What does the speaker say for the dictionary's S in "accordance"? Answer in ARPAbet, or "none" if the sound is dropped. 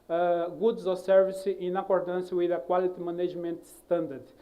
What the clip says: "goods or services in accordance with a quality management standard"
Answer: S